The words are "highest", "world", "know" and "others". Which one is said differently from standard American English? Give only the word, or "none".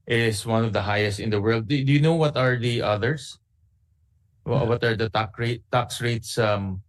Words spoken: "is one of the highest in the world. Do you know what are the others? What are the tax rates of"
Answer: others